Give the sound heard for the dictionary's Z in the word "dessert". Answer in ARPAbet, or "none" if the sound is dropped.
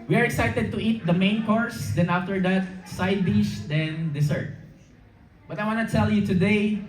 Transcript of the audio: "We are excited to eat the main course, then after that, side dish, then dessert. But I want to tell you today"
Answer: S